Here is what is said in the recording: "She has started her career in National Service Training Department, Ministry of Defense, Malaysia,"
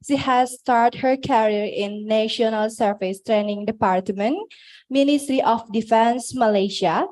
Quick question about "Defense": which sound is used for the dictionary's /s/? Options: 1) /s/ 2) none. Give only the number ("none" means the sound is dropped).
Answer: 1